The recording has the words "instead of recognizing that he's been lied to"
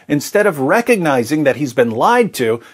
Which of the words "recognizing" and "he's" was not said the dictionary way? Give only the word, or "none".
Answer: none